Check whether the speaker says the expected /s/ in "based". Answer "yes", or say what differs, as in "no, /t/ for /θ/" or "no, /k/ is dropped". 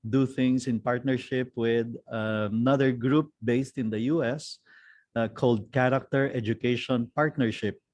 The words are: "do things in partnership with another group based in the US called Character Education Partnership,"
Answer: yes